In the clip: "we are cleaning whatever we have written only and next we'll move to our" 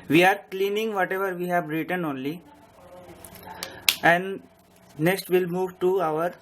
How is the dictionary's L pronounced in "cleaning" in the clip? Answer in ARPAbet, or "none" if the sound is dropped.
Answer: L